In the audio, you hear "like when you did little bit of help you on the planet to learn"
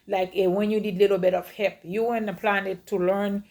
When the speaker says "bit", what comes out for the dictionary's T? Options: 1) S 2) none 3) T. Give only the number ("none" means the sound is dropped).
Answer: 3